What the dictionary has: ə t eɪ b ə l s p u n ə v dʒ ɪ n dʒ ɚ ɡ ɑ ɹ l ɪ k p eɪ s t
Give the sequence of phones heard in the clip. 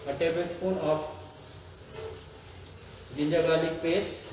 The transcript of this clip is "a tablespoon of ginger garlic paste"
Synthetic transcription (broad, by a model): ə t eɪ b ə s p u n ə f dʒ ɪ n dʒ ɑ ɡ ɑ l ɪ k p eɪ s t